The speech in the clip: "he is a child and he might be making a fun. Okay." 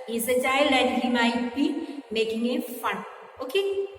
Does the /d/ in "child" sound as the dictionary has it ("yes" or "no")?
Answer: no